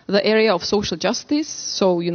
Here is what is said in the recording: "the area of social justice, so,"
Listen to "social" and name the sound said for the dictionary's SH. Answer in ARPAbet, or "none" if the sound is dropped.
SH